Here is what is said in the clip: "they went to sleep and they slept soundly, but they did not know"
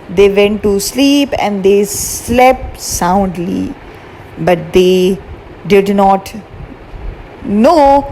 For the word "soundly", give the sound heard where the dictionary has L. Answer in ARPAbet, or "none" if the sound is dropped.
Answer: L